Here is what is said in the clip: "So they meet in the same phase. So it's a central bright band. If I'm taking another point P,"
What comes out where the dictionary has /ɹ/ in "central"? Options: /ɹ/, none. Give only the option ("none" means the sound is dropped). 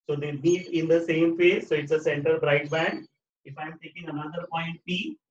none